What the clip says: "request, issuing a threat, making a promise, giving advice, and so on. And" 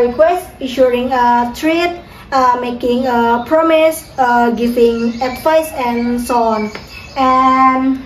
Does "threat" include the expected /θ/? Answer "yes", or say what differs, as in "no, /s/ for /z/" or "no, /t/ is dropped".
no, /t/ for /θ/